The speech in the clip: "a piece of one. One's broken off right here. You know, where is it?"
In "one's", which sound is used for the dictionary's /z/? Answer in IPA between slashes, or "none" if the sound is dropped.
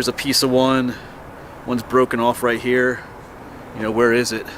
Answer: /z/